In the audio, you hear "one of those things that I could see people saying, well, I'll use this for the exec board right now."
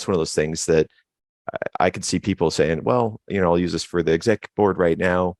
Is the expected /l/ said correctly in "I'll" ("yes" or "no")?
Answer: yes